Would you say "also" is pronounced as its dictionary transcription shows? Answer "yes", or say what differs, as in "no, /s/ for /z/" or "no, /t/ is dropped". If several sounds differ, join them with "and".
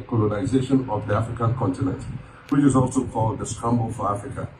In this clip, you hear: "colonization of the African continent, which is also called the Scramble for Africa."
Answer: yes